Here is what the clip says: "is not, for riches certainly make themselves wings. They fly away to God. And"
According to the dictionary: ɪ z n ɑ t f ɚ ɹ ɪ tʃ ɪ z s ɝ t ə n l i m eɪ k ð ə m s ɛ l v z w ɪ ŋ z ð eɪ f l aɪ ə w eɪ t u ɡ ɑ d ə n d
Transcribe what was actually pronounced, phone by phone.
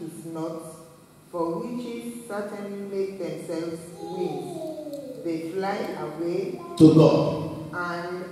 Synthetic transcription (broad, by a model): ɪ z n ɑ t f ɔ w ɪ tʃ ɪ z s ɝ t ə n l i m eɪ k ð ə m s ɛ l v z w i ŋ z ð eɪ f l aɪ ə w eɪ t u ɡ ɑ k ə n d